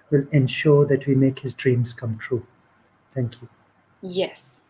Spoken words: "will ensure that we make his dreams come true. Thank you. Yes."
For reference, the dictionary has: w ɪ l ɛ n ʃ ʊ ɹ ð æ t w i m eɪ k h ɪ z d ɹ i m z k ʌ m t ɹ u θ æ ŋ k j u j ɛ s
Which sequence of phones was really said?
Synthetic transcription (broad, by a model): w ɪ l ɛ n ʃ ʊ ɹ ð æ t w i m eɪ k h ɪ z d ɹ i m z k ʌ m t ɹ u t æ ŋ k j u j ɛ s